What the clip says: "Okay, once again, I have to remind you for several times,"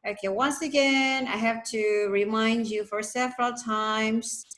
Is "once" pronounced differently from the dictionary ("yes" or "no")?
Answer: no